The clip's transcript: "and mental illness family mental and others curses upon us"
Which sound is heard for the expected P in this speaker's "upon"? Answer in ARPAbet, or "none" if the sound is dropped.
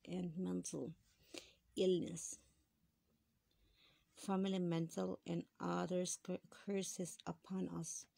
P